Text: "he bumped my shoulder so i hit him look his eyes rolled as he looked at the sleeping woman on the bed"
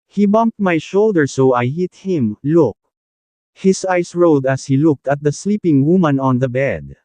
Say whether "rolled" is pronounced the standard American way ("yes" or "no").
no